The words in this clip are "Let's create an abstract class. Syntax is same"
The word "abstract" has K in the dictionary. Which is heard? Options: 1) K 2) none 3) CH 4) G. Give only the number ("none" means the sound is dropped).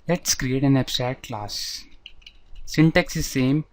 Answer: 2